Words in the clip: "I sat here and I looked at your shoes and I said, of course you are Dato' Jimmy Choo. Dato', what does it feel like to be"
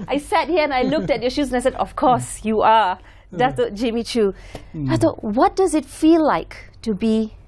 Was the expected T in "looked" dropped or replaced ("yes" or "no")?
no